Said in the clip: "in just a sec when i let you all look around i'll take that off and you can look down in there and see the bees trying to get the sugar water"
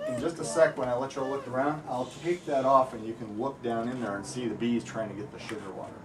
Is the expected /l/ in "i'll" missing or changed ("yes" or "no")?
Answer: no